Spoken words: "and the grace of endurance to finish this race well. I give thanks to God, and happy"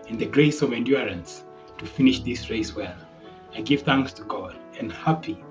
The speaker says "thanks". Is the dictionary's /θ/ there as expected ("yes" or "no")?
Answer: yes